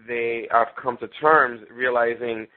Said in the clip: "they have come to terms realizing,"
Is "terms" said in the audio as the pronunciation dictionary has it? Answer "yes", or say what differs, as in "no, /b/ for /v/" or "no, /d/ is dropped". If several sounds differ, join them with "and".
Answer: yes